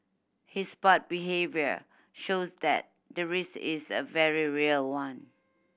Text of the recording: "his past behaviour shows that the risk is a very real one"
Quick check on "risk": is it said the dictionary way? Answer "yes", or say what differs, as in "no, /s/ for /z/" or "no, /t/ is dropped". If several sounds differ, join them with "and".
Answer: no, /k/ is dropped